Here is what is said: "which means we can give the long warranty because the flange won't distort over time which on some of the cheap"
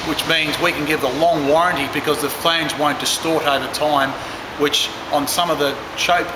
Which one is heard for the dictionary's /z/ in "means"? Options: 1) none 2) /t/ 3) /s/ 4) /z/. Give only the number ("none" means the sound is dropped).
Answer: 4